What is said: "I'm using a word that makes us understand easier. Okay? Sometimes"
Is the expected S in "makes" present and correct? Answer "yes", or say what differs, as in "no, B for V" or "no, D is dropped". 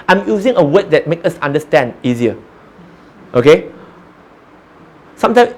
no, S is dropped